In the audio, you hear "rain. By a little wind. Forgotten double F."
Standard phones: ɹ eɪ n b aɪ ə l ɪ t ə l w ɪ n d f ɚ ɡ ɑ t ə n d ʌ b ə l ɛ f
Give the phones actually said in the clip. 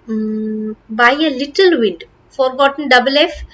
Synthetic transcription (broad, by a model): b aɪ ə l ɪ t ə l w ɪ d f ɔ ɡ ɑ t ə n d ʌ b ə l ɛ f